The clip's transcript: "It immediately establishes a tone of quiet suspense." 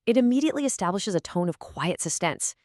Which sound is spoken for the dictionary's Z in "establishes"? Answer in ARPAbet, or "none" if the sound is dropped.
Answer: Z